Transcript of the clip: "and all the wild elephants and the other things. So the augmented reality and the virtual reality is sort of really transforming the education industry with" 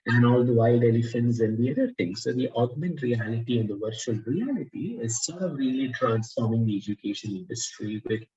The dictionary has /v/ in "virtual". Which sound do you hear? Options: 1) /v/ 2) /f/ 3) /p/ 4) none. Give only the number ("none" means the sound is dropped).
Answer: 1